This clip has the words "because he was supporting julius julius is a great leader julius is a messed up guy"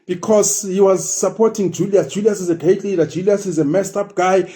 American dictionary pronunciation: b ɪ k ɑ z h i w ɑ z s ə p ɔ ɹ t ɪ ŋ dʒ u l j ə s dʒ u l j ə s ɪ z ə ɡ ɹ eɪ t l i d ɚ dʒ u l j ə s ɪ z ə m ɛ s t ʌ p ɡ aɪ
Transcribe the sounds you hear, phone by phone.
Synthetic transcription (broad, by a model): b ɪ k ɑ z h i w ɑ z s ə p ɔ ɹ t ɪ ŋ dʒ u l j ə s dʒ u l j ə s ɪ z ə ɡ eɪ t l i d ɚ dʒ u l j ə s ɪ z ə m ɛ s t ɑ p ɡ aɪ